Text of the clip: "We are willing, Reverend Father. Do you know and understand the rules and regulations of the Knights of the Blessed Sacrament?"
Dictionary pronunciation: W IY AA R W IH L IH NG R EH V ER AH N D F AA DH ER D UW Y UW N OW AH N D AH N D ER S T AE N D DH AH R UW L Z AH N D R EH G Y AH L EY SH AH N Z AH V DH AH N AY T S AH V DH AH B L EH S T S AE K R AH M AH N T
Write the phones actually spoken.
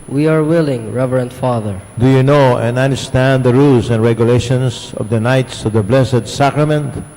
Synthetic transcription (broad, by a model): W IY AA R W IH L IH NG R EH V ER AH N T F AA DH ER D UW Y UW N OW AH N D AH N D ER S T AE N D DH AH R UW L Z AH N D R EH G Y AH L EY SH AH N S AH V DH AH N AY T S AH V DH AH B L EH S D S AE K R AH M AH N T